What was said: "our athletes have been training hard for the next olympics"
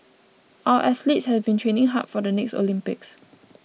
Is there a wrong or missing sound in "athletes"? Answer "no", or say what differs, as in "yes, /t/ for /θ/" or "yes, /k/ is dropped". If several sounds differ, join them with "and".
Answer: yes, /s/ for /θ/